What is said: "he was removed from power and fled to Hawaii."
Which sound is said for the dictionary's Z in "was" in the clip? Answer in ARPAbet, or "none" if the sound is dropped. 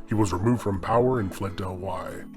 Z